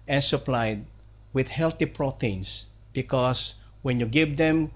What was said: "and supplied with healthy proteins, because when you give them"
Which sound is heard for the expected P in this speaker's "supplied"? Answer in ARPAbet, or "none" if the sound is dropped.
P